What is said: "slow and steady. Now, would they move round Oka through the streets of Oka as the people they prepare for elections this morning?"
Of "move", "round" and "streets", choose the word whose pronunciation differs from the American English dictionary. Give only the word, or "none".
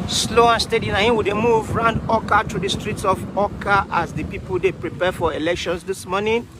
none